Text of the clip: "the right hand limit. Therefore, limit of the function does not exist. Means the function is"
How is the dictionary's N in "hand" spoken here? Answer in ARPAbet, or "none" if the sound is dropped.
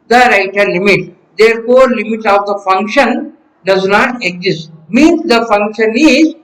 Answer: none